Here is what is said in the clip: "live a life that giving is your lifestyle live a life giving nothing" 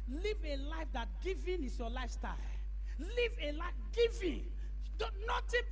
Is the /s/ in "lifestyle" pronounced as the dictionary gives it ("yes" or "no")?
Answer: yes